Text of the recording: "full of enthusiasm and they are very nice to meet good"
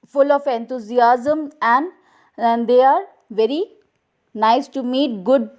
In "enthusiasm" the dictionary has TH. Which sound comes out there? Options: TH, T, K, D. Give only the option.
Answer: T